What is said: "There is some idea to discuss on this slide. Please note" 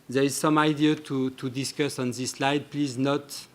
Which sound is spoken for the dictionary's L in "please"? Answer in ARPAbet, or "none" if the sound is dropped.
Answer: L